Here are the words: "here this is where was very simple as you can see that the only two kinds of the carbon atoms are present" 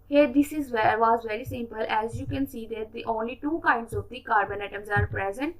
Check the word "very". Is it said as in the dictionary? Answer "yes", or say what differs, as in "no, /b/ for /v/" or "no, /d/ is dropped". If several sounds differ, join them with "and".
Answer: yes